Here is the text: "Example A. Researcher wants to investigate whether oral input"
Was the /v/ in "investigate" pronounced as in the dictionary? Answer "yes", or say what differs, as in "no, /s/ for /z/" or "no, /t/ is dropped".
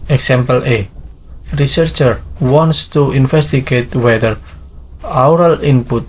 no, /f/ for /v/